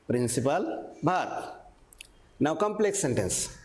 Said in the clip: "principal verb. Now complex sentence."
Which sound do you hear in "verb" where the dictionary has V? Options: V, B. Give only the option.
B